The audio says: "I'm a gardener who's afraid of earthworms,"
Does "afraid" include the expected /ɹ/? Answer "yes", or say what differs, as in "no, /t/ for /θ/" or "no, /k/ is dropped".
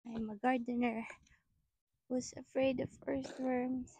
yes